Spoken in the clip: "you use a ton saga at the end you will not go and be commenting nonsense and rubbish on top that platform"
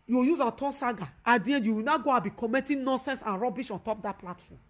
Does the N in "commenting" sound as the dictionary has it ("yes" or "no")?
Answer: no